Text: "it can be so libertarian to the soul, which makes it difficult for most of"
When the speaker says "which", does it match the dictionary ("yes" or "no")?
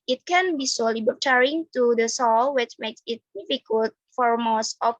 yes